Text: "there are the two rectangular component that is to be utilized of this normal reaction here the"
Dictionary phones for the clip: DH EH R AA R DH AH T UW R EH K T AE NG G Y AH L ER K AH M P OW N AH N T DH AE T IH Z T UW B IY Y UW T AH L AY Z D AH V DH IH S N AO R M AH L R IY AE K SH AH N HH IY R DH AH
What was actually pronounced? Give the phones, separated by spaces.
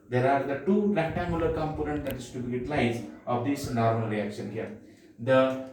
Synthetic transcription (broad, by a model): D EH R AA R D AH T UW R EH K T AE NG G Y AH L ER K AH M P OW N AH N T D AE T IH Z T UW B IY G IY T L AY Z AH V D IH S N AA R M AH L R IY AE K SH AH N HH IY R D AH